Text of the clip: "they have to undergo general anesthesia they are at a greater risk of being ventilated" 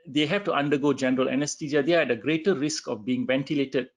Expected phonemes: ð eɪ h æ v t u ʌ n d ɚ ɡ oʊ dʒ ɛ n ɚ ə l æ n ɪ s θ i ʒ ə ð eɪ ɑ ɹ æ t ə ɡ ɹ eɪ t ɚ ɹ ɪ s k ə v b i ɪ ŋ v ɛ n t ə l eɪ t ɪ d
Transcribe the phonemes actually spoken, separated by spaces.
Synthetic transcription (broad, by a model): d eɪ h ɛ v t u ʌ n d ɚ ɡ oʊ dʒ ɛ n ɚ ə l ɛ n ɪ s t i z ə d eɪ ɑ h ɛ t ə ɡ ɹ eɪ t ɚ ɹ ɪ s k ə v b i ɪ ŋ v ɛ n t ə l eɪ t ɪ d